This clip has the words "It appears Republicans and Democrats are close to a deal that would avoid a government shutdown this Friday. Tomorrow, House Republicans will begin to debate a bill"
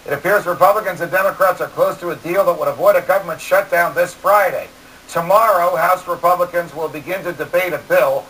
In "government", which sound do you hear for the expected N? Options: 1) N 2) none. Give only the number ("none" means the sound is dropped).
1